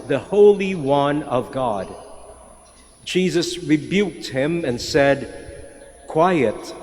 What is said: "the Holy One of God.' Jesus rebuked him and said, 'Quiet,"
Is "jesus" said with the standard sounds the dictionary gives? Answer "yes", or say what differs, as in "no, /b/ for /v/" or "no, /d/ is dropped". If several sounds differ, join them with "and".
yes